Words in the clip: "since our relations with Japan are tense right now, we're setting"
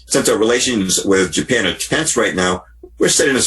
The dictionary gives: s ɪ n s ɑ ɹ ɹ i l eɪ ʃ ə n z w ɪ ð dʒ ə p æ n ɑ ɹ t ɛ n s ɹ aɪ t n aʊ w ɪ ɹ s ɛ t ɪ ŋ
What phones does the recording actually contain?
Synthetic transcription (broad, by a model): s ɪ n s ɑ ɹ ɹ i l eɪ ʃ ə n z w ɪ ð dʒ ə p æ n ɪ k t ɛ n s ɹ aɪ t n aʊ w ɪ ɹ s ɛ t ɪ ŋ